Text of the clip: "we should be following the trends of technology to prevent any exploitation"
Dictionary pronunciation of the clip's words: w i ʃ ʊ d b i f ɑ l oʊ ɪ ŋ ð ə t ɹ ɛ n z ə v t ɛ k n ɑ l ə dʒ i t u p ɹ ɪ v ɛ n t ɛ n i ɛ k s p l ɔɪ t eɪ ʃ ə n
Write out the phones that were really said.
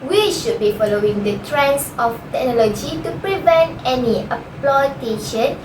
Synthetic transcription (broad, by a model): w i ʃ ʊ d b i f ɑ l oʊ ɪ ŋ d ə t ɹ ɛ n s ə f t ɛ k n ɑ l ə dʒ i t u p ɹ ɪ v ɛ n t ɛ n i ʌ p l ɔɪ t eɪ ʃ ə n